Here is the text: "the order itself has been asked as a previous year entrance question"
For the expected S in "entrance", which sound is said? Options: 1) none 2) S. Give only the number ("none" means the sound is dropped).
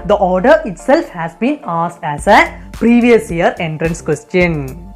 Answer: 2